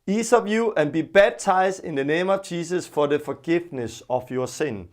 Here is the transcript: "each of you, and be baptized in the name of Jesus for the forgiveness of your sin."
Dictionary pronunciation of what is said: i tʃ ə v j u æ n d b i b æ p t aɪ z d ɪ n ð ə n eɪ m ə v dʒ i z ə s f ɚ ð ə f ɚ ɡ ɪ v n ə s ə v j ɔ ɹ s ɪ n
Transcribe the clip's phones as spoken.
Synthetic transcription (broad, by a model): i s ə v j u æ n b i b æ b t aɪ s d ɪ n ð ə n eɪ m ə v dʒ i s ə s f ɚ ð ə f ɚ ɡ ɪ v n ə s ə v j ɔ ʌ s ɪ n